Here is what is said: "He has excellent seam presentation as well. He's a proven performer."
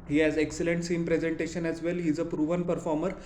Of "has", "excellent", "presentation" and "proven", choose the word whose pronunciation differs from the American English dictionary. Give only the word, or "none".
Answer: none